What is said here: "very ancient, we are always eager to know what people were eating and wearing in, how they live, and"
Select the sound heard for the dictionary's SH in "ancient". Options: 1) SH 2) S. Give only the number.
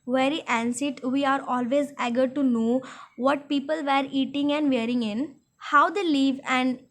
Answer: 2